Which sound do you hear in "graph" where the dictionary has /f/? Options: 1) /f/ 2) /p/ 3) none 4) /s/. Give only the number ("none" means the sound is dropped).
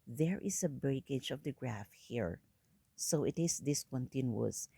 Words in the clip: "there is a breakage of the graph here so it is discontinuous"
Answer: 1